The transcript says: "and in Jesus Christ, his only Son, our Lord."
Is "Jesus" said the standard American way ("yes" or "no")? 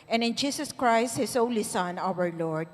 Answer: no